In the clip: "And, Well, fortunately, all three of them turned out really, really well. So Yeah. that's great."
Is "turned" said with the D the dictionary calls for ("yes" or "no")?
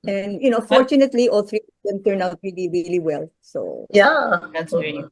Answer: no